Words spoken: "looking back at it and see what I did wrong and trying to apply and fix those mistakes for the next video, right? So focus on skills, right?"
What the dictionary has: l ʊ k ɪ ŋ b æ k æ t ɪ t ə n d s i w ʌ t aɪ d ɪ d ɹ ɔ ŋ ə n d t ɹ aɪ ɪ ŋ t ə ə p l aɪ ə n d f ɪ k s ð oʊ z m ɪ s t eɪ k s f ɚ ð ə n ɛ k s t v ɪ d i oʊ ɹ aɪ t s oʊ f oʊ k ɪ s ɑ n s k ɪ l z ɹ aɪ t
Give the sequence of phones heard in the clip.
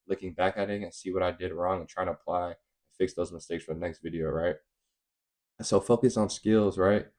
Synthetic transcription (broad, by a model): l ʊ k ɪ ŋ b æ k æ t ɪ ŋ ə n s i w ʌ t aɪ d ɪ d ɹ ɔ ŋ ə n t ɹ aɪ ɪ ŋ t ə ə p l aɪ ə n f ɪ k s ð oʊ z m ɪ s t eɪ k s f ɚ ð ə n ɛ k s t v ɪ d i oʊ ɹ aɪ t s oʊ f oʊ k ɪ s n s k ɪ l z ɹ aɪ t